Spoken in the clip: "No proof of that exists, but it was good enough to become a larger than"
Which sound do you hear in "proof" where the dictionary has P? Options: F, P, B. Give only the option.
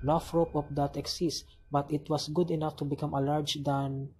F